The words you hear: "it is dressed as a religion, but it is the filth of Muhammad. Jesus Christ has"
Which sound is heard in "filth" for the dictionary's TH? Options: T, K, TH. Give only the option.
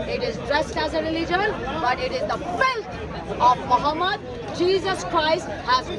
T